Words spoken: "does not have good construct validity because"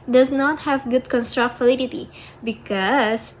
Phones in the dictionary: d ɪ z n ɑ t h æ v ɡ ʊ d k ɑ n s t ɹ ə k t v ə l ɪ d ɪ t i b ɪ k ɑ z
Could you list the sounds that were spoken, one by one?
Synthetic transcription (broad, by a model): d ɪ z n ɑ t h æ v ɡ ʊ d k ɑ n s t ɹ ə k t f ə l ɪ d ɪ t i b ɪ k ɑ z